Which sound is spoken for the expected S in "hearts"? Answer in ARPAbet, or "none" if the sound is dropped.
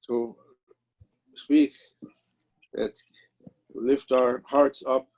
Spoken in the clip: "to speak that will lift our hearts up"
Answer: S